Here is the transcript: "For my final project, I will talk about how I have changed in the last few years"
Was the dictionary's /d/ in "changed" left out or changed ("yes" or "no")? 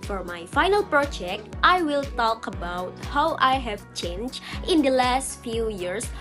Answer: yes